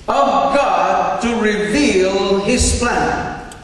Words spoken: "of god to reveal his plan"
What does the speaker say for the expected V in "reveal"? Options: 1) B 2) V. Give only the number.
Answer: 2